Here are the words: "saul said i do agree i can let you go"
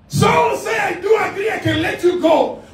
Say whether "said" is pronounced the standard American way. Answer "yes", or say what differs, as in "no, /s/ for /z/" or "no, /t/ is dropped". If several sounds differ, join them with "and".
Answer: no, /d/ is dropped